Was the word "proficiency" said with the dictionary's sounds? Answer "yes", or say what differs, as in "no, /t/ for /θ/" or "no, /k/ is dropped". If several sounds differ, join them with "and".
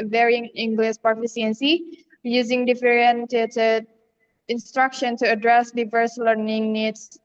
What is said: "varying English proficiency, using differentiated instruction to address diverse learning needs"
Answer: no, /ɹ/ is dropped and /s/ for /ʃ/